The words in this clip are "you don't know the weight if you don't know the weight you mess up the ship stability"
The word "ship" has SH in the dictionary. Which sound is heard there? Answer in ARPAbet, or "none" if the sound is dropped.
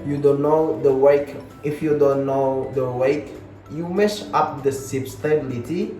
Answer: S